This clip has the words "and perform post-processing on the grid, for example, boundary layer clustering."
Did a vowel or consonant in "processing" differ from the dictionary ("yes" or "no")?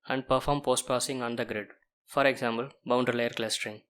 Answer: yes